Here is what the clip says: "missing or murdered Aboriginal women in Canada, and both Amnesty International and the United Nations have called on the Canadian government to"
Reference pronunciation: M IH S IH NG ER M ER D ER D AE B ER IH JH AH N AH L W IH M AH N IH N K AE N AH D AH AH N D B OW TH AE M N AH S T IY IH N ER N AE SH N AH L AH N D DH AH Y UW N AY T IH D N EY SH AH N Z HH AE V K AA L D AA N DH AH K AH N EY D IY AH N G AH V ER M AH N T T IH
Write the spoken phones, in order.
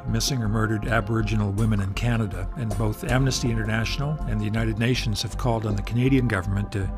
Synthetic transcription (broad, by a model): M IH S IH NG ER M ER D ER D AE B ER IH JH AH N L W IH M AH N IH N K AE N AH D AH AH N B OW TH AE M N AH S T IY IH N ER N AE SH N L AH N DH AH Y UW N AY T IH D N EY SH N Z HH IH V K AA L D N DH AH K AH N EY D IY AH N G AH V ER M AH N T T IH